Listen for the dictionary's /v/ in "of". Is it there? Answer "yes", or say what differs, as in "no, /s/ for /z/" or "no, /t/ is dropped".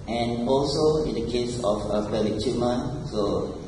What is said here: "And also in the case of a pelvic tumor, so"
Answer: no, /f/ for /v/